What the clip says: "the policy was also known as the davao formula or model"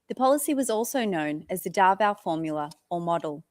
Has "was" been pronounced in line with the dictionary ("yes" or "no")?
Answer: yes